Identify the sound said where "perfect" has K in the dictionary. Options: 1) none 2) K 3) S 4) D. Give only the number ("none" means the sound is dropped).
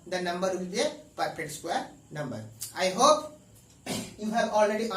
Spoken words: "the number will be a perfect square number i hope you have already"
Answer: 1